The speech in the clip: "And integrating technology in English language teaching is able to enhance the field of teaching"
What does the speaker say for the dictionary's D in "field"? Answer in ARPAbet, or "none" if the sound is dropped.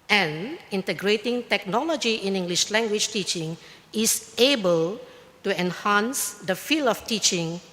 none